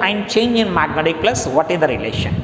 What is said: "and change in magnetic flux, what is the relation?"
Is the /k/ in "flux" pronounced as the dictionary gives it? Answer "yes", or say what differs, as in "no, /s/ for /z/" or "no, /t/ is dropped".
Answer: no, /k/ is dropped